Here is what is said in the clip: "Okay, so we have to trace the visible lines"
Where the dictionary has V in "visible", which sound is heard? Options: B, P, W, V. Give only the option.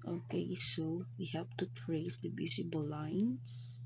B